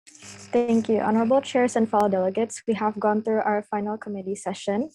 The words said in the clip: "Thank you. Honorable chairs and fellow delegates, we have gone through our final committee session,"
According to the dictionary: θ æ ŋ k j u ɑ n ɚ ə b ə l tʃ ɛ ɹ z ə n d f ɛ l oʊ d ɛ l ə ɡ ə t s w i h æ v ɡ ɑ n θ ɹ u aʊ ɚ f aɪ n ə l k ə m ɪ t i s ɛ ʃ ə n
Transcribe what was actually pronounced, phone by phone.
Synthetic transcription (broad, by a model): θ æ ŋ k j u ɑ n ɚ ə b ə l tʃ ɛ ɹ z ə n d f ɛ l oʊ d ɛ l ə ɡ ə t s w i h æ v ɡ ɑ n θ ɹ u aʊ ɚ f aɪ n ə l k ə m ɪ t i s ɛ ʃ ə n